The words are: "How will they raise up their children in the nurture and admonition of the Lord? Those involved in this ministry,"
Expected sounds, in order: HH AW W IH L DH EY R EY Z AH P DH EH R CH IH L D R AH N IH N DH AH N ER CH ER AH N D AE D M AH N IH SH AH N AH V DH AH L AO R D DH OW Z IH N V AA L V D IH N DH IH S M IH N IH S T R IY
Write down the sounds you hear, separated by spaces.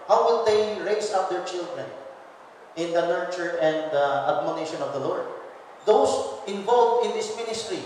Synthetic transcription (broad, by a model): HH AW W IH L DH EY R EY S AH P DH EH R CH IH L D R AH N IH N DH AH N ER CH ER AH N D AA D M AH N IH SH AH N AH V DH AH L AO R D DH OW S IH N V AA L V IH N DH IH S M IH N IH S T R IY